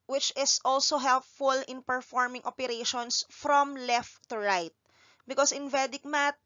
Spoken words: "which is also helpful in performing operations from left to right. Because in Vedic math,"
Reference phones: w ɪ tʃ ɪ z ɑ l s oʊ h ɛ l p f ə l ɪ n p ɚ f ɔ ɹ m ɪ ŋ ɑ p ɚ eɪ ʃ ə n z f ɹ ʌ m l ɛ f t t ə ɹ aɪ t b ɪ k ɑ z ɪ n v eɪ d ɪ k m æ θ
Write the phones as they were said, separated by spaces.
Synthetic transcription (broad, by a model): w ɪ tʃ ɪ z ɑ l s oʊ h ɛ l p f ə l ɪ n p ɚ f ɔ ɹ m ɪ ŋ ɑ p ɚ eɪ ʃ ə n s f ɹ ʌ m l ɛ f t t ə ɹ aɪ t b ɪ k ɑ s ɪ n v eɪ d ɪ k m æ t